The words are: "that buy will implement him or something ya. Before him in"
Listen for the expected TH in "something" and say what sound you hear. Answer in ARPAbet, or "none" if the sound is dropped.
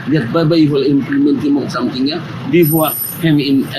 T